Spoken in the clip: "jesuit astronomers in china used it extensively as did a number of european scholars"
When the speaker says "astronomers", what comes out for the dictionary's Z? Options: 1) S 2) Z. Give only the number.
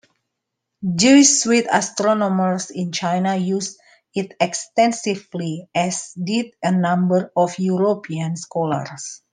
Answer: 1